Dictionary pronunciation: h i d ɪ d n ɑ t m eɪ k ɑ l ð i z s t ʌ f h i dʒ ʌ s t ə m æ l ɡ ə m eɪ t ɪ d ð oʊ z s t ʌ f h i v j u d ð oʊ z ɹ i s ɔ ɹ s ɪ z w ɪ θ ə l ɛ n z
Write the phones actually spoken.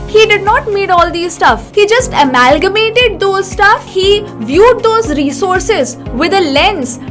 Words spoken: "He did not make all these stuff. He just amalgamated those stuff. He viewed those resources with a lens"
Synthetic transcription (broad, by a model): h i d ɪ d n ɑ t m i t ɑ l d i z s t ʌ f h i dʒ ʌ s t ə m æ l ɡ ə m eɪ t ɪ d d oʊ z s t ʌ f h i v j u d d oʊ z ɹ i s ɔ ɹ s ɪ z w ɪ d ə l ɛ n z